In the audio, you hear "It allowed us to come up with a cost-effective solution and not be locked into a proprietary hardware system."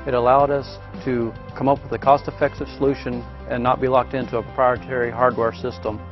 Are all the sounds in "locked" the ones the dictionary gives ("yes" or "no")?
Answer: yes